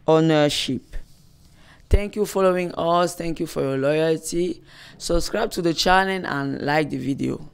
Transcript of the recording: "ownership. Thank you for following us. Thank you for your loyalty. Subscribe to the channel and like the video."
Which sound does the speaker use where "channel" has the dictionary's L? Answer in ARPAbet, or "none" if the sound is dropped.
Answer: N